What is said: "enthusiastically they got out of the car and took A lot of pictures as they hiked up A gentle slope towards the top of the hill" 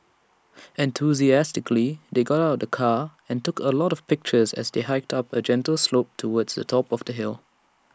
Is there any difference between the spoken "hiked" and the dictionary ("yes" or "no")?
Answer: no